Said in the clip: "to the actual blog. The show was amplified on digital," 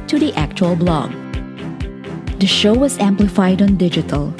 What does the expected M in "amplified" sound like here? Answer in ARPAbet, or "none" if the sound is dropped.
M